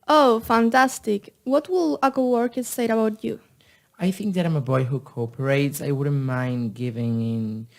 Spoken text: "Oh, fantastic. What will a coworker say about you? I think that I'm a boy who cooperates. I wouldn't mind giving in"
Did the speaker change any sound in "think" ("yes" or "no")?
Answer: no